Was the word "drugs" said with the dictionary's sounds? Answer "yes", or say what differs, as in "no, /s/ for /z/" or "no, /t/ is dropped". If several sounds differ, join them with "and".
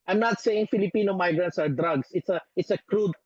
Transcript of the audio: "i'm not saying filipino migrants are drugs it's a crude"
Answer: no, /s/ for /z/